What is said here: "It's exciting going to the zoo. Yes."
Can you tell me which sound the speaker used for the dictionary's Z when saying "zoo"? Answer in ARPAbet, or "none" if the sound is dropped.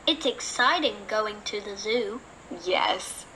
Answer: Z